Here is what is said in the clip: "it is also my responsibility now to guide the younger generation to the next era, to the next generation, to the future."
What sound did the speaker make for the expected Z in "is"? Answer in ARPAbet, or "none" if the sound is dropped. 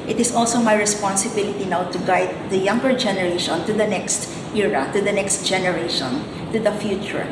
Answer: S